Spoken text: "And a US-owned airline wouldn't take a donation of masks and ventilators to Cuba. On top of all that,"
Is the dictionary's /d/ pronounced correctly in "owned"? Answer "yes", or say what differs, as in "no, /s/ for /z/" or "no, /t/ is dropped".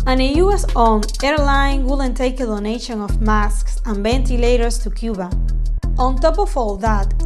no, /d/ is dropped